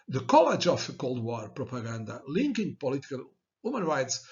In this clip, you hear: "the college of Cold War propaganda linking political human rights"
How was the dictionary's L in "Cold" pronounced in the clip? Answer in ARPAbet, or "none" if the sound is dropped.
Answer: L